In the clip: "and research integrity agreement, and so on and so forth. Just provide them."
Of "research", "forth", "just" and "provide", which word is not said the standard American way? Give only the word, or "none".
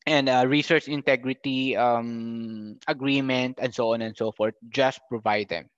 forth